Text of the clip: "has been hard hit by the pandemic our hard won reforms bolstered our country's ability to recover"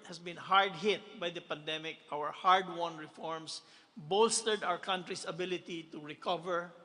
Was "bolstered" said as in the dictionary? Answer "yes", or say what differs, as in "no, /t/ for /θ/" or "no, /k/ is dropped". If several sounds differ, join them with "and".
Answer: yes